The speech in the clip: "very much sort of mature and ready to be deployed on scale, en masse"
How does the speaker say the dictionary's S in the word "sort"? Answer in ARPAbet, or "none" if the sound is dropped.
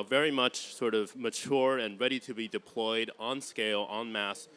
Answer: S